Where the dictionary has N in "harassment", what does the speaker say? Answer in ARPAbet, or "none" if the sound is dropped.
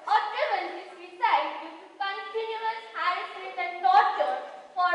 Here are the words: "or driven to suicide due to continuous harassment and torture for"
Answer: none